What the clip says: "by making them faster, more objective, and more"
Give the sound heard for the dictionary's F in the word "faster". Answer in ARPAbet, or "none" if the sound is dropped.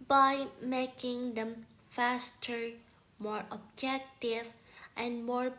F